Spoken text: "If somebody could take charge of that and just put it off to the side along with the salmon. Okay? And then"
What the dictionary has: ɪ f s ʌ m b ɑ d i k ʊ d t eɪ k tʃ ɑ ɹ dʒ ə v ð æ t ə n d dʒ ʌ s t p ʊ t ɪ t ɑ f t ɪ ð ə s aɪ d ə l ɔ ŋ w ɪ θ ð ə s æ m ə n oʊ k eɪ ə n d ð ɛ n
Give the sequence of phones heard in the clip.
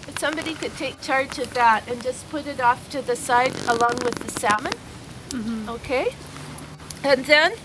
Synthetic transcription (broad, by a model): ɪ s ʌ m b ɑ d i k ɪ d t eɪ k tʃ ɑ ɹ dʒ ə v ð æ t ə n dʒ ʌ s p ʊ t ɪ t ɑ f t ɪ ð ə s aɪ d ə l ɔ ŋ w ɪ ð ə s æ m ə n oʊ k eɪ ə n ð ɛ n